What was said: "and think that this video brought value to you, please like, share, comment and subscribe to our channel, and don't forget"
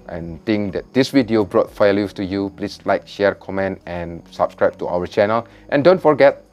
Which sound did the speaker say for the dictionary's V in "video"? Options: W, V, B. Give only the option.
W